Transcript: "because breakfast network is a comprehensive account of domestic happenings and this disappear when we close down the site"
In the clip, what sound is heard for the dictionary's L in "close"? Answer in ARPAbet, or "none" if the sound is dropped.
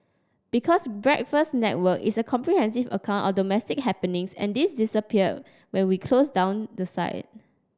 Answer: L